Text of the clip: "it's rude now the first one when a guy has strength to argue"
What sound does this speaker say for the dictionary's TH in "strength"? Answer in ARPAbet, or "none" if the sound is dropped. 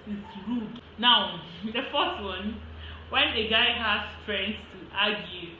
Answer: S